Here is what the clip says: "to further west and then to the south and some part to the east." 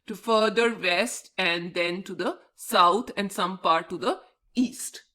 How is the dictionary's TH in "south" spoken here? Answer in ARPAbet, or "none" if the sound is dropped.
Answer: T